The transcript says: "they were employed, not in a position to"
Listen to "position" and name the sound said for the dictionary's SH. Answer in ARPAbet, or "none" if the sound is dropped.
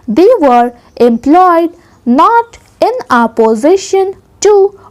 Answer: SH